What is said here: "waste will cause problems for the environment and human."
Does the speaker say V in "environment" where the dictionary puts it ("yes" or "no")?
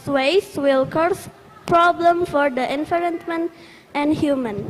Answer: no